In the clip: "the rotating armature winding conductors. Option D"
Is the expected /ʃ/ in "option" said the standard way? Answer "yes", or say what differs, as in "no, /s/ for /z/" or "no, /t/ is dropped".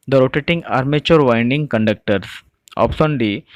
no, /s/ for /ʃ/